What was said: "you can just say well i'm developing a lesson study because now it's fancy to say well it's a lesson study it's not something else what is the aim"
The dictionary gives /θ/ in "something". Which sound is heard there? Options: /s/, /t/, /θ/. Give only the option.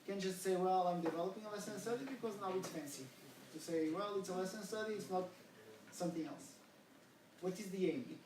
/θ/